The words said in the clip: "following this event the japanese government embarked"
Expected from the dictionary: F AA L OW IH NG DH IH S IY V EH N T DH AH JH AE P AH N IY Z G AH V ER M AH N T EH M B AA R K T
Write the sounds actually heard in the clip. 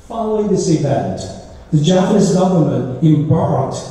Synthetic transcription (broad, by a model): F AA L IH DH IH S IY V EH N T DH AH JH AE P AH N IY S G AH V ER M AH N T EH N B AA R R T